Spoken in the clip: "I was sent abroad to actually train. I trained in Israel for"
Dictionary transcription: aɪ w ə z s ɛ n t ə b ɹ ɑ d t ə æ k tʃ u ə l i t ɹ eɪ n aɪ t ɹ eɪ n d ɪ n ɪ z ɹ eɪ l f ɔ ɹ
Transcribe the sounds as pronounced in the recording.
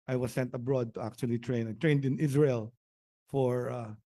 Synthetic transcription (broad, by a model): aɪ w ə s ɛ n t ə b ɹ ɑ d t ə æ k tʃ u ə l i t ɹ eɪ n aɪ t ɹ eɪ n d ɪ n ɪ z ɹ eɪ l f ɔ ɹ